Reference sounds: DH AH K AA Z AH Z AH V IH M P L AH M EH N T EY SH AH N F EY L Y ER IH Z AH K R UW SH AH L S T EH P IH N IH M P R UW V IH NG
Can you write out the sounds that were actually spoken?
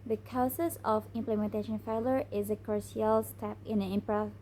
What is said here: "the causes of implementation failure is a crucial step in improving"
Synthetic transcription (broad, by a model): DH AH K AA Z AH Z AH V IH M P L AH M EH N T EY SH AH N F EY L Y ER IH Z AH K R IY AH L S T EH P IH N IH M P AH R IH